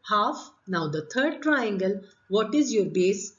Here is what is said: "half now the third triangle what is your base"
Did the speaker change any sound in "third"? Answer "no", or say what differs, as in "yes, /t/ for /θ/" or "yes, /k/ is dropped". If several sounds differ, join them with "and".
yes, /t/ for /θ/